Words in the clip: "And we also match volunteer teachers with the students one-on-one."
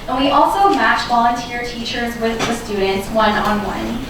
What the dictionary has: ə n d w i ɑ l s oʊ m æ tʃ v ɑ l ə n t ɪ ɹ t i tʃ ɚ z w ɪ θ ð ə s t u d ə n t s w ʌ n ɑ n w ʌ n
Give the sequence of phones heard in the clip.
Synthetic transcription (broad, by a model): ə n w i ɑ l s oʊ m æ tʃ v ɑ l ə n t ɪ ɹ t i tʃ ɚ z w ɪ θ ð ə s t u d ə n t s w ʌ n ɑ n w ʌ n